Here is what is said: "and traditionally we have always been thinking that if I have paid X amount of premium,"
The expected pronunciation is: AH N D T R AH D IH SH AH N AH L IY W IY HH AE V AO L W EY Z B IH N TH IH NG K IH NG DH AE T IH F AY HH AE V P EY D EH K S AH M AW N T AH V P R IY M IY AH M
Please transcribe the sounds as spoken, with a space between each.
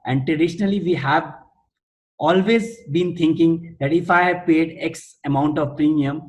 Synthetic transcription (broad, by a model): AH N D T R AH D IH SH AH N AH L IY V IY HH AE V AO L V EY Z B IH N T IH NG K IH NG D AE T IH F AY HH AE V P EY D EH K S AH M AW N T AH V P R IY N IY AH M